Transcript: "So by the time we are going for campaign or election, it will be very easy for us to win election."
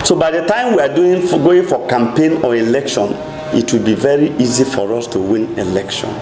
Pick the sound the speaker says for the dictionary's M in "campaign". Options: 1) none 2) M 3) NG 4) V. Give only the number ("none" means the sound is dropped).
2